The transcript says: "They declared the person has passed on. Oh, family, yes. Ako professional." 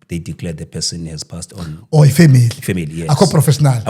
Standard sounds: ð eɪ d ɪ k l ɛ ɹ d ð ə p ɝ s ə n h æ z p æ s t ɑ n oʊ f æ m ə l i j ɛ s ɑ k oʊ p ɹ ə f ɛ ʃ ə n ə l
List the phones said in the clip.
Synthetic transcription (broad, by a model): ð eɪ d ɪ k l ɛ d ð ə p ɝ s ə n h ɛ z p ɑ s t ɑ n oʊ f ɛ m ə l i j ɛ ɑ k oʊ p ɹ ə f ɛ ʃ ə n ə l